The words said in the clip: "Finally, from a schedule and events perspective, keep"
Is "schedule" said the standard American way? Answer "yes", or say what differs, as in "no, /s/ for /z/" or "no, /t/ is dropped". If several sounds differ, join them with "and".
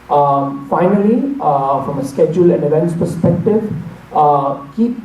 yes